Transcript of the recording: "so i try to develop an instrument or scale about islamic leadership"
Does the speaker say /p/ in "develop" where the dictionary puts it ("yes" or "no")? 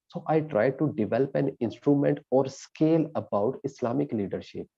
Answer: yes